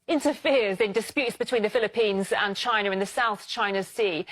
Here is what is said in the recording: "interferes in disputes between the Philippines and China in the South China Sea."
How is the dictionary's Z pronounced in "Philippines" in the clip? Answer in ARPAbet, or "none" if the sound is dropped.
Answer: Z